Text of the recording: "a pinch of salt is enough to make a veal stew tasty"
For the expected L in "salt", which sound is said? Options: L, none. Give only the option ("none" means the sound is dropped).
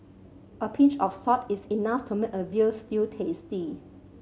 none